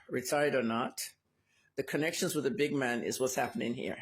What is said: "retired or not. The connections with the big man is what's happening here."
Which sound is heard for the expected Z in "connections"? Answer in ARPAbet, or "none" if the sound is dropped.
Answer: Z